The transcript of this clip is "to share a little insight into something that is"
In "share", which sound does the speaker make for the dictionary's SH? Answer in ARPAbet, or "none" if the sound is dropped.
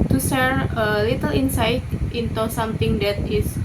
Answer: S